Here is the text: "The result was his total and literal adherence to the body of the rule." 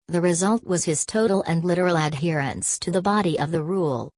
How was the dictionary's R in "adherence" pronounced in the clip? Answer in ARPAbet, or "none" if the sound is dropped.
R